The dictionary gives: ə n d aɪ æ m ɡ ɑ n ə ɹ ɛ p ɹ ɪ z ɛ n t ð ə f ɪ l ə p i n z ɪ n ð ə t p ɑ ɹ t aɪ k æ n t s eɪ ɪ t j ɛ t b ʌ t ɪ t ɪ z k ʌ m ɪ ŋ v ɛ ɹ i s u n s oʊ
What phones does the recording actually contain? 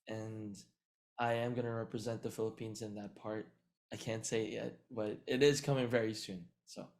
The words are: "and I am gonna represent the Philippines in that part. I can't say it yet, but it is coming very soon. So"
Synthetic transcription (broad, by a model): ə n aɪ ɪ m ɡ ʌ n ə ɹ ɛ p ɹ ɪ z ɛ n ð ə f ɪ l ə p i n z ɪ n ð ə t p ɑ ɹ t aɪ k æ n t s eɪ ɪ t j ɛ t b ʌ t ɪ t ɪ z k ʌ m ɪ ŋ v ɛ ɹ i s u n s oʊ